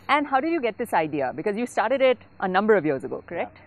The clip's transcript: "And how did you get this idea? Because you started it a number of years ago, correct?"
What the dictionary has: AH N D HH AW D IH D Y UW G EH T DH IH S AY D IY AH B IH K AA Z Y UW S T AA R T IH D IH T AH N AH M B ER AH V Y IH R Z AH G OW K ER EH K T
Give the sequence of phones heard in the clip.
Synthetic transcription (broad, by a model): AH N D HH AW D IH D Y UW G EH T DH IH S AY D IY AH B IH K AA Z Y UW S T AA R T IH D IH T AH N AH M B ER AH V Y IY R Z AH G OW K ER EH K T